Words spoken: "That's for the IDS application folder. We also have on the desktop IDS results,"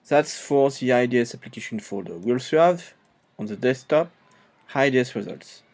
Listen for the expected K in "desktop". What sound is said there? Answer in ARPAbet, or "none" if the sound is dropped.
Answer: none